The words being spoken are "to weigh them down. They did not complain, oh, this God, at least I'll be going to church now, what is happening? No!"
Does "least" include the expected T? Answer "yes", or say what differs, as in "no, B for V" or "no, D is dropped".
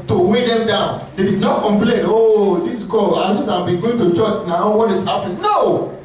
no, T is dropped